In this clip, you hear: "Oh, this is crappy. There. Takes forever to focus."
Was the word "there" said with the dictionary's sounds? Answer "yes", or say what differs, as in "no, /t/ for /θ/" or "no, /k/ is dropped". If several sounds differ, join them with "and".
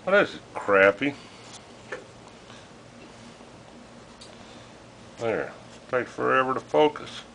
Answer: yes